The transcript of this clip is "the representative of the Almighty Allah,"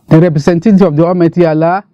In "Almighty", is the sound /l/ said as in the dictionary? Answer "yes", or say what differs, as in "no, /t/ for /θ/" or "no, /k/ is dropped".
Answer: no, /l/ is dropped